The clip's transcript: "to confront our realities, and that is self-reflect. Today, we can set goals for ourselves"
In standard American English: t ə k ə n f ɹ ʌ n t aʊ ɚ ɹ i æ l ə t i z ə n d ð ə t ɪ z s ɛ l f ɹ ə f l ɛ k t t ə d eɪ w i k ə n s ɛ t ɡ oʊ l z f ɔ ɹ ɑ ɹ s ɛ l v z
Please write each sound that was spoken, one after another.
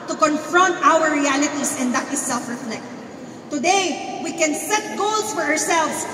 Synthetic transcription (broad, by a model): t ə k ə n f ɹ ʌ n t aʊ ɚ ɹ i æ l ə t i s ə n d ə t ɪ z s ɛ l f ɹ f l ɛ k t t ə d eɪ w i k ə n s ɛ t ɡ oʊ l s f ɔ ɹ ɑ ɹ s ɛ l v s